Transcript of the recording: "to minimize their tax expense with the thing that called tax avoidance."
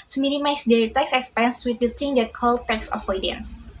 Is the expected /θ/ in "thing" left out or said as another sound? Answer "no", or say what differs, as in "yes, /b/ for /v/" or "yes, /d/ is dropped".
yes, /t/ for /θ/